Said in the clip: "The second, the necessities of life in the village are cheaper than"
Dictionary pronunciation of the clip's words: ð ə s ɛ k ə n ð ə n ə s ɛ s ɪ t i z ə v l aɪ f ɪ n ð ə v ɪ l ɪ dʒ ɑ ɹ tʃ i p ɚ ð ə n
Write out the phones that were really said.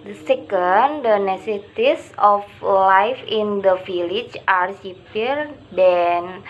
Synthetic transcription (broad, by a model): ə s ɛ k ə n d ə n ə s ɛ s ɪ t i s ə f l aɪ f ɪ n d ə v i l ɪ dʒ ɑ ɹ s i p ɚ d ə n